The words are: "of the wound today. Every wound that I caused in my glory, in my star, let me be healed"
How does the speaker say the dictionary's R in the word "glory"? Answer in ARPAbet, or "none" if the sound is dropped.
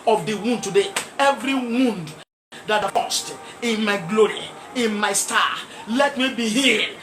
R